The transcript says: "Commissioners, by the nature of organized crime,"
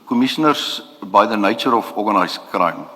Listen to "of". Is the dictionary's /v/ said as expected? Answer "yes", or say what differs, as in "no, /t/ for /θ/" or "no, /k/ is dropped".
no, /f/ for /v/